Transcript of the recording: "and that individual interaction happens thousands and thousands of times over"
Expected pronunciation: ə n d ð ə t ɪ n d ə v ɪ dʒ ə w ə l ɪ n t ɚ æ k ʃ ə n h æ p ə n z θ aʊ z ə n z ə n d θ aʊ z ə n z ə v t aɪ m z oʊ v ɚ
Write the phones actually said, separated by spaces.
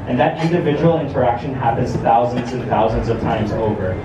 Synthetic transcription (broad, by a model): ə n ð ə t ɪ n d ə v ɪ dʒ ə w l ɪ n t ɚ æ k ʃ ə n h æ p ə n z θ aʊ z ə n z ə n θ aʊ z ə n z ə v t aɪ m z oʊ v ɚ